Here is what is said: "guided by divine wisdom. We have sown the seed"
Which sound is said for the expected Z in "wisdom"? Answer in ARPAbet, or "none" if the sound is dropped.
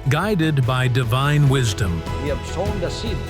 Z